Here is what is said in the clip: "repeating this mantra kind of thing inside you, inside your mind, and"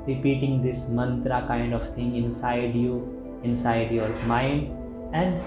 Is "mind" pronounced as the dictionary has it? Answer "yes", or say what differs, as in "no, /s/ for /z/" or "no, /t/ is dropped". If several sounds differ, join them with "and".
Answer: yes